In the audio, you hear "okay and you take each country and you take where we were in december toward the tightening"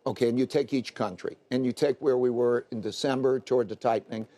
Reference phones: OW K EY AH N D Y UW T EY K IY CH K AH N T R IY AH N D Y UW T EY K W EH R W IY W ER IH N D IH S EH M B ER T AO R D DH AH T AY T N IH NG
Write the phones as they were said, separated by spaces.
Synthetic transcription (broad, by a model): OW K EY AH N Y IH T EY K IY CH K AH N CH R IY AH N Y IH T EY K W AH R W IY W ER IH N D IH S EH M B ER T AO R D DH AH T AY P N IH NG